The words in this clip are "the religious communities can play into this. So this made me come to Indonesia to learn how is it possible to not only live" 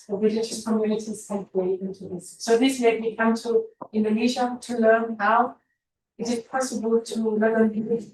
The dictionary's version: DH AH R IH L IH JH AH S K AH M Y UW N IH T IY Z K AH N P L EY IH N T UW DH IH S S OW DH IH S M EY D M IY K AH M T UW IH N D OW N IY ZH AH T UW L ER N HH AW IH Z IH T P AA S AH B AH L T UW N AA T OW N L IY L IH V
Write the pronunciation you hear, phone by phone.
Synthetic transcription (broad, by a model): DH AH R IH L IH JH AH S K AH M Y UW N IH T IY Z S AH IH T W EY IH N T UW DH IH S S OW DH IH S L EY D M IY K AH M T UW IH N D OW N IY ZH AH T UW L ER N HH AW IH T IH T P AA S AH B AH L T UW L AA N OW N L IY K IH